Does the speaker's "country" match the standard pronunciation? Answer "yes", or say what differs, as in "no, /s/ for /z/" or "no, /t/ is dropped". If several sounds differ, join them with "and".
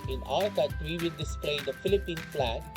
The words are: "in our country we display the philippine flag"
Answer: no, /n/ is dropped